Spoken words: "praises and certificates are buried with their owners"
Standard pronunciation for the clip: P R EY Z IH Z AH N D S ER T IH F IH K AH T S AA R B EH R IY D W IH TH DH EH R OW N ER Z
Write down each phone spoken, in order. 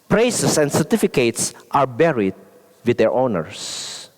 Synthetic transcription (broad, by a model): P R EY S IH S AH N D S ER T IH F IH K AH T S AA R B EH R IY D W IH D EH R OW N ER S